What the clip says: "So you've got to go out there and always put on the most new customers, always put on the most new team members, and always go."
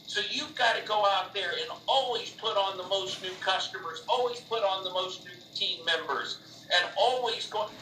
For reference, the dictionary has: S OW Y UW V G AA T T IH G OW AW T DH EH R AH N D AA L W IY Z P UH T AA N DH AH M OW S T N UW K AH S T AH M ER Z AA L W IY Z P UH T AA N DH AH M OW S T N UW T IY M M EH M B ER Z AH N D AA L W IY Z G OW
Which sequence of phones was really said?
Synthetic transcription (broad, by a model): S OW Y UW V G AA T T IH G OW AW T DH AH R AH N AA L W IY Z P UH T N DH AH M OW S T N UW K AH S T AH M ER Z AA L W IY Z P UH T N DH AH M OW S T N UW T IY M M EH M B ER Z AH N AA L W IY Z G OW